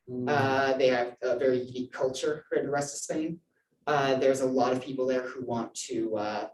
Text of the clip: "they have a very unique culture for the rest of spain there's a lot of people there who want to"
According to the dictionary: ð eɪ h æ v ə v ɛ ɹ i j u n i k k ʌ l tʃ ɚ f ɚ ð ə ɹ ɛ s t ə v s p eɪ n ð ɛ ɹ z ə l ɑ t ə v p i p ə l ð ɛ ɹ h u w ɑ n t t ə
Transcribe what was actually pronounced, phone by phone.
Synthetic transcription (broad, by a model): ð eɪ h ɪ v ə v ɛ ɹ i j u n i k k ʌ l tʃ ɚ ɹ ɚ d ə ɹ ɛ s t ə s eɪ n ð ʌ ɹ z ə l ɑ t ə v p i p l ð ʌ ɹ h u w ɑ n t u ə